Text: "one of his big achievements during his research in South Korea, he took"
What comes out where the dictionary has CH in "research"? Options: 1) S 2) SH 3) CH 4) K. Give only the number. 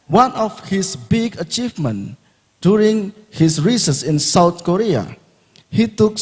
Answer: 1